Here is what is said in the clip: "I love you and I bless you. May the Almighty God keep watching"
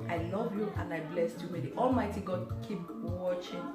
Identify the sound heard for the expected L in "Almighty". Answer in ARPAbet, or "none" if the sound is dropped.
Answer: L